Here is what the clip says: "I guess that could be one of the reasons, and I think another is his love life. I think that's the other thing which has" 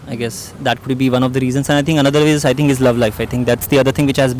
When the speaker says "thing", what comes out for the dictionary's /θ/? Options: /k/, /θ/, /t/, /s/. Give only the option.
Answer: /t/